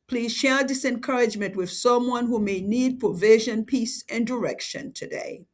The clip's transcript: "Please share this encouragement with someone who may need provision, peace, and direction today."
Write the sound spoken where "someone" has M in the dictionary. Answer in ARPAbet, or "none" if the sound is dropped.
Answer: M